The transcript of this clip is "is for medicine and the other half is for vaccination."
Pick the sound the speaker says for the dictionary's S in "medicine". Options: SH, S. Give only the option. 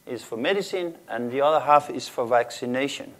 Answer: S